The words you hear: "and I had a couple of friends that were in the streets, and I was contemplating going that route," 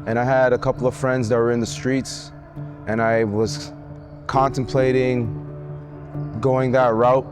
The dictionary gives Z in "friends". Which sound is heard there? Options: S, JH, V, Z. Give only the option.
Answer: Z